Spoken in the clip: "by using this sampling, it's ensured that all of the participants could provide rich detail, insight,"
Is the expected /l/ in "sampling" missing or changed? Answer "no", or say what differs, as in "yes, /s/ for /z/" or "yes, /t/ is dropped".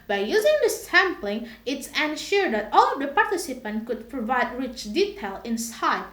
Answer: no